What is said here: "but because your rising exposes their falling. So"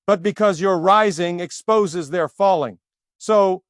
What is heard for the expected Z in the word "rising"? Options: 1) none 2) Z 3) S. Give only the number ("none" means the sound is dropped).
2